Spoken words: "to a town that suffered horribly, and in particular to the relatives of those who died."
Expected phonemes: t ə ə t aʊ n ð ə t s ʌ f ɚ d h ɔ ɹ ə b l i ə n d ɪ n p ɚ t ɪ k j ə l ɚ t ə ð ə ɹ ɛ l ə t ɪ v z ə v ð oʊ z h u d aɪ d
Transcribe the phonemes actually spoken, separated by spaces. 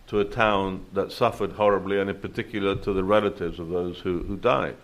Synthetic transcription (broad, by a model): t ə ə t aʊ n ð ə t s ʌ f ɚ d h ɔ ɹ ə b l i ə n ɪ n p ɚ t ɪ k j l ɚ t ə ð ə ɹ ɛ l ə t ɪ v z ə v ð oʊ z h u d aɪ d